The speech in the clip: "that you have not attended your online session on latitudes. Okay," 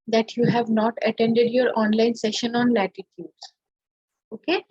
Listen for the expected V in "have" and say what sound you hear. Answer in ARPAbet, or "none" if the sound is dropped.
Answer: V